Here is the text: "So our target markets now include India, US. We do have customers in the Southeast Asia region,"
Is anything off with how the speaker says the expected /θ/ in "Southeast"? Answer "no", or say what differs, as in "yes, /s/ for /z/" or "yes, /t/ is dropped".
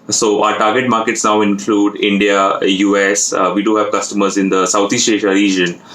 yes, /t/ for /θ/